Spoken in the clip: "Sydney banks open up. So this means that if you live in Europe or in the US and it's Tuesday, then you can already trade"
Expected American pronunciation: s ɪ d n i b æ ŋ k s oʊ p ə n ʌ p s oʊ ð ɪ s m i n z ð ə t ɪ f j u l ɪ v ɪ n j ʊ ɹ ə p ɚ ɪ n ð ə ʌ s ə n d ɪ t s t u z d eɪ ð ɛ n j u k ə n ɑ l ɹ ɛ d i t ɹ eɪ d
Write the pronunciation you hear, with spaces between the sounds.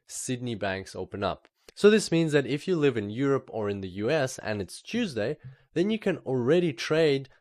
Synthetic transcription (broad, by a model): s ɪ d n i b æ ŋ k s oʊ p ə n ʌ p s oʊ ð ɪ s m i n z ð ə t ɪ f j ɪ l ɪ v ɪ n j ʊ ɹ ə p ɚ ɪ n ð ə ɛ s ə n ɪ t s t u z d eɪ ð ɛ n j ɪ k ə n l ɹ ɛ d i t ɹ eɪ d